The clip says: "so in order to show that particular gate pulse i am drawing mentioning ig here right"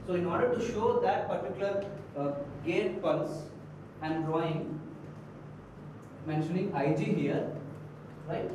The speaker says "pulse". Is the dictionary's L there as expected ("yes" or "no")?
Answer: no